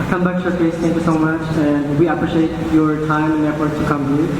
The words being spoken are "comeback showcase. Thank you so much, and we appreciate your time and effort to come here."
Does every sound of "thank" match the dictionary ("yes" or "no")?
no